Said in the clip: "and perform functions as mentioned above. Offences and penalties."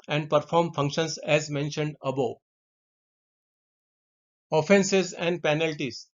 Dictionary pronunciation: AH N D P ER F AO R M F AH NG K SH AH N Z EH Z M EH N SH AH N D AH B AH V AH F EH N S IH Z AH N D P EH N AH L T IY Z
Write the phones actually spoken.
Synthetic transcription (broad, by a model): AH N D P ER F AO R M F AH NG K SH AH N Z EH Z M EH N SH AH N D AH B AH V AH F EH N S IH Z AH N D P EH N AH L T IY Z